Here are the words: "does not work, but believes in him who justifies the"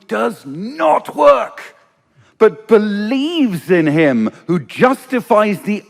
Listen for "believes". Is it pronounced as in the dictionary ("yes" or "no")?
yes